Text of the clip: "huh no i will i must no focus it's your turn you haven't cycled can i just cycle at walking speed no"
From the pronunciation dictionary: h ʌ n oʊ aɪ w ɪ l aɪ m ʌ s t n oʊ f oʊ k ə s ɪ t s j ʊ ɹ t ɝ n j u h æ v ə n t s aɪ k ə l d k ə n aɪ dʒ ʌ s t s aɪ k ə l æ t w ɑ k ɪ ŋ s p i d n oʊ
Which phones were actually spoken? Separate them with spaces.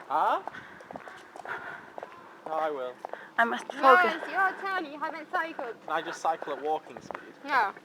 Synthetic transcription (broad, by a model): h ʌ n oʊ aɪ w ɪ l aɪ m ʌ s t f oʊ ə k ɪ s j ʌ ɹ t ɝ n j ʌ h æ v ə n t s aɪ k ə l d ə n aɪ dʒ ʌ s t s aɪ k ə l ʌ t w ɑ k ɪ ŋ s p i d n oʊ